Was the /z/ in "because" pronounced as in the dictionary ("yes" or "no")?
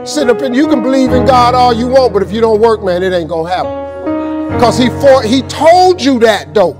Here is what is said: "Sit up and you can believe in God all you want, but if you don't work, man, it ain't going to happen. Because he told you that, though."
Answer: no